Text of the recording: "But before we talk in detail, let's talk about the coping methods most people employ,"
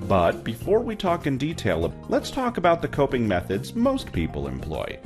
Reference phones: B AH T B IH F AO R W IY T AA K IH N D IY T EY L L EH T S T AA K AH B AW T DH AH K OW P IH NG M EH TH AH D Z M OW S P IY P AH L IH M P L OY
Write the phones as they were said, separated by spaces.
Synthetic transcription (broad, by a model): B AH T B IH F AO R W IY T AA K IH N D IY T EY L L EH T S T AA K AH B AW T DH AH K OW P IH NG M EH TH AH D Z M OW S P IY P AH L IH M P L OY